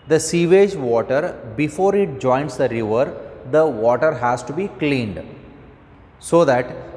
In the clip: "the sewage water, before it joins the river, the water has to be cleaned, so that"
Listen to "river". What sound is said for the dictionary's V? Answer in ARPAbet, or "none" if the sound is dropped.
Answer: V